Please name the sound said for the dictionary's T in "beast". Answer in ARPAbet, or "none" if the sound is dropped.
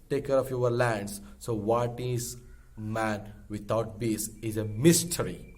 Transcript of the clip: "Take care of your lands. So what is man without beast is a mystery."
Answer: none